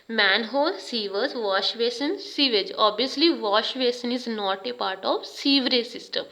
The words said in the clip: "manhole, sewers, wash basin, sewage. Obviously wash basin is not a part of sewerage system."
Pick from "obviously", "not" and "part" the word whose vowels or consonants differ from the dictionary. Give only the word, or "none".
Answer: obviously